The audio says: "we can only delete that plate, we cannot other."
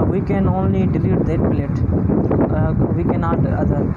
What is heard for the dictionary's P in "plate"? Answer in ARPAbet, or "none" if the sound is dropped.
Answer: B